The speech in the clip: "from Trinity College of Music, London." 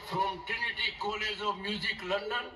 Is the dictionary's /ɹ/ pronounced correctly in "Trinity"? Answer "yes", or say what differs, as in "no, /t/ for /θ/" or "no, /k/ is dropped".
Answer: no, /ɹ/ is dropped